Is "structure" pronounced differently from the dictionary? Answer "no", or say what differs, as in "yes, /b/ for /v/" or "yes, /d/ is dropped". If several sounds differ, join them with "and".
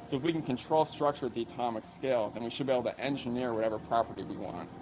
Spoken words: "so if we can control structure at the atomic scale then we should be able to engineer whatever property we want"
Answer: no